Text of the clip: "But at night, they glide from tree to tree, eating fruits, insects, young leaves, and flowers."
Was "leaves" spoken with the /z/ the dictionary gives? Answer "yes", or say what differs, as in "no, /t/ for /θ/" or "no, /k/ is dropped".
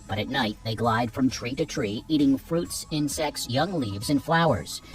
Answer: yes